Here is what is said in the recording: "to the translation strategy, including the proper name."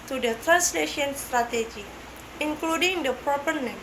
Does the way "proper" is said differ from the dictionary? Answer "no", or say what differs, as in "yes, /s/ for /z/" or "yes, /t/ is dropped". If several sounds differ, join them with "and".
no